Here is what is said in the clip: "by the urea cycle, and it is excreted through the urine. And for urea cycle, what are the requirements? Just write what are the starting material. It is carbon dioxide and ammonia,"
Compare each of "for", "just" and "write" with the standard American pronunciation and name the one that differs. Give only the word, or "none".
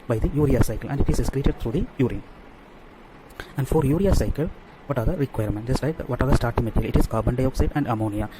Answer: write